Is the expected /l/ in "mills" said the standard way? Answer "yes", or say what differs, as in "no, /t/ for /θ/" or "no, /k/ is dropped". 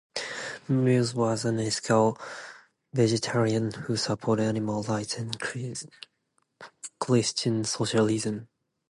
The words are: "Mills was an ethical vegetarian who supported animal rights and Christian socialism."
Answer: no, /l/ is dropped